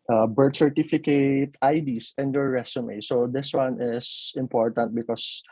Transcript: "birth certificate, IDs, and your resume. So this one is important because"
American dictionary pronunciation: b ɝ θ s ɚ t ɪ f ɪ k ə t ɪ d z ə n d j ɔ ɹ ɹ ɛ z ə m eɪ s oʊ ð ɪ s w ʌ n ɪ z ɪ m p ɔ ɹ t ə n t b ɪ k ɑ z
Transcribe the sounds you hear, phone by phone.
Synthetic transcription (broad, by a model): b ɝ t s ɚ t ɪ f ɪ k ə t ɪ d s ə n d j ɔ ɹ ɹ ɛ s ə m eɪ s oʊ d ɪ s w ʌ n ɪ s ɪ m p ɔ ɹ t ə n t b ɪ k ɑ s